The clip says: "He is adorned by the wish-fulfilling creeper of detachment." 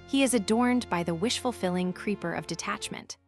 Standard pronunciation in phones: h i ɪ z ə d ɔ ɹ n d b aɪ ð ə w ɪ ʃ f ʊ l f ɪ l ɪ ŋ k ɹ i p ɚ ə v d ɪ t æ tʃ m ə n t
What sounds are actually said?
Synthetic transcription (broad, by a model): h i ɪ z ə d ɔ ɹ n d b aɪ ð ə w ɪ ʃ f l f ɪ l ɪ ŋ k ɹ i p ɚ ə v d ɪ t æ tʃ m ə n t